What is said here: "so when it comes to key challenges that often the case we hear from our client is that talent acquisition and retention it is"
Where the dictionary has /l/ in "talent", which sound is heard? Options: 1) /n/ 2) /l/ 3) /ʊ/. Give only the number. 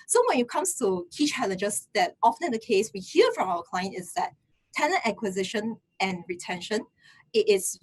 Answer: 1